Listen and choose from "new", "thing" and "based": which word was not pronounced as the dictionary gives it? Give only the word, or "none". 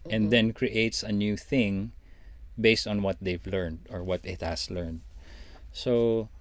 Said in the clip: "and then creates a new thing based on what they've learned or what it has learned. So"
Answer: none